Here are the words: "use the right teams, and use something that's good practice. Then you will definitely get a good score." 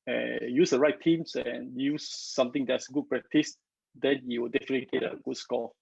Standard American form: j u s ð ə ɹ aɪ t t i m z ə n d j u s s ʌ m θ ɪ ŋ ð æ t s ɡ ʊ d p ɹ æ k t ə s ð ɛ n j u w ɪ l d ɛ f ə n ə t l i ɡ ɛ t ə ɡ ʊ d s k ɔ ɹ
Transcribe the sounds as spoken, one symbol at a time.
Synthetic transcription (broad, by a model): j u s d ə ɹ aɪ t t i m s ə n j u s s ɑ m t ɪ ŋ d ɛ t s ɡ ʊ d p ɹ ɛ k t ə s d ɛ n j u w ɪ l d ɛ f ə n ə t l i ɡ ɛ t ə ɡ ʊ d s k ɔ